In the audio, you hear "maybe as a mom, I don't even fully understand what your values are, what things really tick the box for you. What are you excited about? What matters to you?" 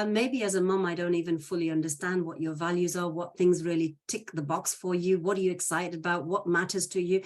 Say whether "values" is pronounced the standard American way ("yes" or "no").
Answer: yes